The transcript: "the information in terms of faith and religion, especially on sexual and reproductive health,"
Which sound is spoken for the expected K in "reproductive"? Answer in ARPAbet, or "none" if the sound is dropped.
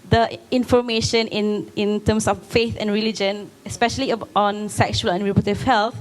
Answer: none